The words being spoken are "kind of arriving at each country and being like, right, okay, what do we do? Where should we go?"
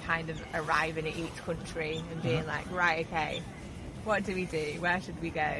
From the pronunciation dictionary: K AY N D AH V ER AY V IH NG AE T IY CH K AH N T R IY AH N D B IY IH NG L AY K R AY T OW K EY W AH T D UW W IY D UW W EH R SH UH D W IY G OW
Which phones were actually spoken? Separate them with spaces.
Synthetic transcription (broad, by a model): K AY N D AH V ER AY V IH NG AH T IY CH K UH N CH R IY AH N B IY IH NG L AY K R AY T OW K EY W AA T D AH W IY D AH W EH SH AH D W IY G OW